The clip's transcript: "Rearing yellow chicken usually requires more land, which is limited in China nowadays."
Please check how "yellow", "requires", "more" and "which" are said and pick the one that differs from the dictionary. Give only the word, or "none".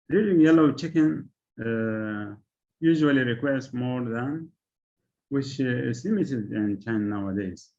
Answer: requires